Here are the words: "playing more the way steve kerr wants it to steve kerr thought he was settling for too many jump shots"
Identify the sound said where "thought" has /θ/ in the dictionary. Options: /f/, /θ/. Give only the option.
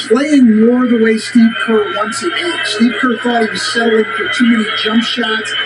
/f/